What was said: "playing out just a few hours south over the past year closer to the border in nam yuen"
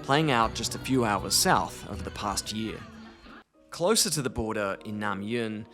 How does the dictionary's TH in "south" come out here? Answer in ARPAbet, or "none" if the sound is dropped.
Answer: TH